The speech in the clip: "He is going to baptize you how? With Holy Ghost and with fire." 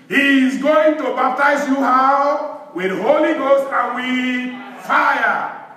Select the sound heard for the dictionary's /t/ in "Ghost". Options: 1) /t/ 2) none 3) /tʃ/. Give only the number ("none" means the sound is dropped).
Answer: 1